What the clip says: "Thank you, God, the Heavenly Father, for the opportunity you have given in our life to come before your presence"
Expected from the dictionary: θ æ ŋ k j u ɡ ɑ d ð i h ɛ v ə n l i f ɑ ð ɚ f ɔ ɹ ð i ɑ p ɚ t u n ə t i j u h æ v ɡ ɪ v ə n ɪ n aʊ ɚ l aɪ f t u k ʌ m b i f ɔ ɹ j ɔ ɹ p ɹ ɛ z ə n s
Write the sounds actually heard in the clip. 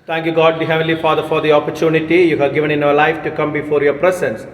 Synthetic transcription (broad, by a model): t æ ŋ k j u ɡ ɑ d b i h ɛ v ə l i f ɑ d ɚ f ɔ ɹ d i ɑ p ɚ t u n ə t i j u h æ v ɡ ɪ v ə n ɪ n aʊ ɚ l aɪ f t u k ʌ m b i f ɔ ɹ j ɔ ɹ p ɹ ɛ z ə n s